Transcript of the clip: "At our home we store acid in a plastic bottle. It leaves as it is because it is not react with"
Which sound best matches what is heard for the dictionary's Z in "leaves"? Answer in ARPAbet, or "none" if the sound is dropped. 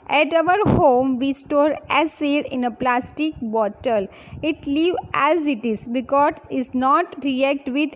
none